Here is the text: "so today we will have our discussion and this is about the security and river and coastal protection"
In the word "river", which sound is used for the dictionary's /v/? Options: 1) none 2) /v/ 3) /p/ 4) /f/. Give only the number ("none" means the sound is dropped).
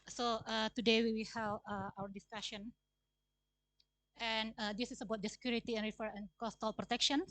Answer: 4